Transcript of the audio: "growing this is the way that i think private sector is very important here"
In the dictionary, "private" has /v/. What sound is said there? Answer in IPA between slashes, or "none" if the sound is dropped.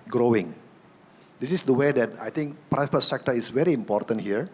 /f/